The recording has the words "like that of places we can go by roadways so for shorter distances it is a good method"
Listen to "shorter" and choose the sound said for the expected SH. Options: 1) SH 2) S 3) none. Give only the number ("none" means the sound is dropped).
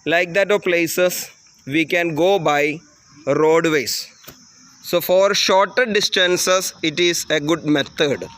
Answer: 1